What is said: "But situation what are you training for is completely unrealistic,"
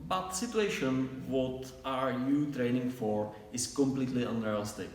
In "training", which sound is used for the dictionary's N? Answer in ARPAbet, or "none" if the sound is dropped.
N